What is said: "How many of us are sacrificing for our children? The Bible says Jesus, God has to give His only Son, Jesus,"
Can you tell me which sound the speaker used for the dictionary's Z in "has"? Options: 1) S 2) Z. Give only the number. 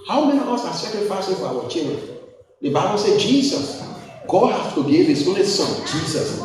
1